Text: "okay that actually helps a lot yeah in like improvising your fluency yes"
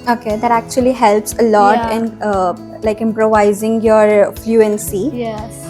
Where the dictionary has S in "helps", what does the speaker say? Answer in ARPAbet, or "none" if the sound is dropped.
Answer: S